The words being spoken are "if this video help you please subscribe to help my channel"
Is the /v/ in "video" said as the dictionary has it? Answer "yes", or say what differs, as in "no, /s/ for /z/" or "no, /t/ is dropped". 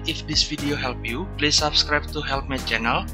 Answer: no, /f/ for /v/